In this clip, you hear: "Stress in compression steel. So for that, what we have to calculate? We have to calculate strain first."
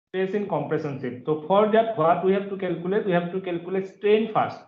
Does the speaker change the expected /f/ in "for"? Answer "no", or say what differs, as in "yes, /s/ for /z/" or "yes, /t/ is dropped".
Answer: yes, /p/ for /f/